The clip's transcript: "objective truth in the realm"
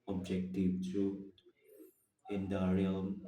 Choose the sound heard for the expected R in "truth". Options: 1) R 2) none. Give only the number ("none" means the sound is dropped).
2